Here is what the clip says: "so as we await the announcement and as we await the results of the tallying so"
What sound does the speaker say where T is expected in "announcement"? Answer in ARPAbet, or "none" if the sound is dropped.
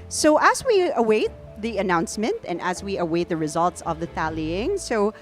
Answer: T